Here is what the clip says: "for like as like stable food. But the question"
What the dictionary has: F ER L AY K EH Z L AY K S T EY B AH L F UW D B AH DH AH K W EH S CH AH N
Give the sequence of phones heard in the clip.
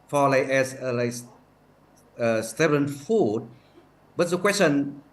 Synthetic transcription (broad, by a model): F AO L AY K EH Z L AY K S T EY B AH N F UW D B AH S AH K W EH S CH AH N